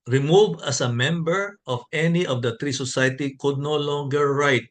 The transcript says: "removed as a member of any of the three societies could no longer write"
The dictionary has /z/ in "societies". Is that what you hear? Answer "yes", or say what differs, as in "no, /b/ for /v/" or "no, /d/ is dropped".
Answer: no, /z/ is dropped